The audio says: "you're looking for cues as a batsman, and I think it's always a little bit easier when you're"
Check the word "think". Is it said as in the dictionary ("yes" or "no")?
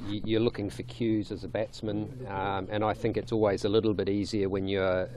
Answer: yes